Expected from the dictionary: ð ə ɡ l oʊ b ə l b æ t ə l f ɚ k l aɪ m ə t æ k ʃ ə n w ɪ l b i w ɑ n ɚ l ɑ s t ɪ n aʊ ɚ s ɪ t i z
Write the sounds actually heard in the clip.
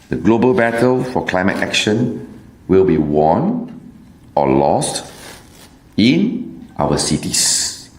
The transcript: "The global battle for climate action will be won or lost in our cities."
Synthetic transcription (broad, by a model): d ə ɡ l oʊ b ə l b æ t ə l f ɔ k l aɪ m ə t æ k ʃ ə n w ɪ l b i w ɑ n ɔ l ɑ s t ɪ n aʊ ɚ s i t i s